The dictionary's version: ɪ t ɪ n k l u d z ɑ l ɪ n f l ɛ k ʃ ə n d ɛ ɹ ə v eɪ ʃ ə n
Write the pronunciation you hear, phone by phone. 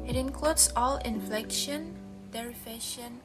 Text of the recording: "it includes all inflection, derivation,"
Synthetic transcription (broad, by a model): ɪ t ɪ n k l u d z ɑ l ɪ n f l ɛ k ʃ ə n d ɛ ɹ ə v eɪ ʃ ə n